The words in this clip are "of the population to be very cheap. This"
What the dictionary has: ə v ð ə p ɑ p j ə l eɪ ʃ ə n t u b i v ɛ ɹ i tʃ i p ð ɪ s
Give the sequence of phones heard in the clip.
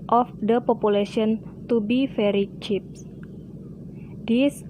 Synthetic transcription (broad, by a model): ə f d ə p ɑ p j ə l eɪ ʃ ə n t u b i f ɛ ɹ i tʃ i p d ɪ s